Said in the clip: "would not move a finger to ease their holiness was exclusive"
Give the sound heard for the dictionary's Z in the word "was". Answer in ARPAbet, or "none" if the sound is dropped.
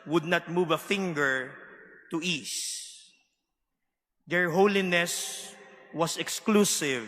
S